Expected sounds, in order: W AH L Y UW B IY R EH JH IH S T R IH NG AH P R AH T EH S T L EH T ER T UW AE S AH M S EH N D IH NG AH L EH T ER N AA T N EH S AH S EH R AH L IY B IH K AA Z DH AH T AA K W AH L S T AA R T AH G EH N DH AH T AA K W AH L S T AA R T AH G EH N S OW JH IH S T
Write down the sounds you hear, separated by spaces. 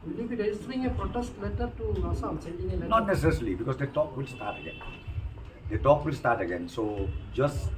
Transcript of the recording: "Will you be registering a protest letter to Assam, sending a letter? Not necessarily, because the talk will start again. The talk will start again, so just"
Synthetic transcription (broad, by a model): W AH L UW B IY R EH IH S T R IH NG AH P R AH T EH S T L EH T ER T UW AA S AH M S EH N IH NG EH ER N AA T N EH S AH S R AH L IY B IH K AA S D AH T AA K W AH L S T AA T AH G EH N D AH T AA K W AH L S T AA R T AH G EH N S OW JH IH S